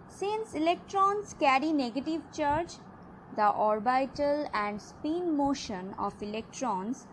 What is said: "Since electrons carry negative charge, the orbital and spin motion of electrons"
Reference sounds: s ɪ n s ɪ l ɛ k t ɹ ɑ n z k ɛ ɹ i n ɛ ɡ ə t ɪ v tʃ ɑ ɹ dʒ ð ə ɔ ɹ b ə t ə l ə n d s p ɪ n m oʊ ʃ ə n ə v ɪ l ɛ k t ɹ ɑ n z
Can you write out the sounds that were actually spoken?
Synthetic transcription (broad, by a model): s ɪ n s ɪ l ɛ k t ɹ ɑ n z k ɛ ɹ i n ɛ ɡ ə t ɪ v tʃ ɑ ɹ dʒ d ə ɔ ɹ b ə t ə l ə n d s p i n m oʊ ʃ ə n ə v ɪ l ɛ k t ɹ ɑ n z